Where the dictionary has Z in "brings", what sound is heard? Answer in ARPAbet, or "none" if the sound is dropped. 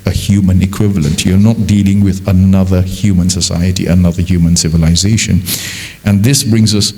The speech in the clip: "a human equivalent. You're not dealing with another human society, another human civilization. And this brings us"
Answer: Z